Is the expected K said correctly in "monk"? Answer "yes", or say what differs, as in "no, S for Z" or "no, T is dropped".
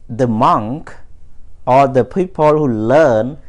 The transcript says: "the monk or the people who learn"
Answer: yes